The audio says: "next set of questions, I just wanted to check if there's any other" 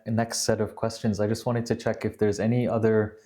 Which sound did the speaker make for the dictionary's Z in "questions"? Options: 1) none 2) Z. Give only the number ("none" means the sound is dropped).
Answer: 2